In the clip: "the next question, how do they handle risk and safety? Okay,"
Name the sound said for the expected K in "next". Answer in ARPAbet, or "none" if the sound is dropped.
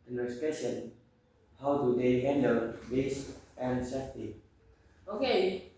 none